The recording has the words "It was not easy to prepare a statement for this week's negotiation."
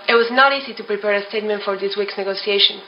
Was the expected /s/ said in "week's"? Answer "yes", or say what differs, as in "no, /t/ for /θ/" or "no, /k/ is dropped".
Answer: yes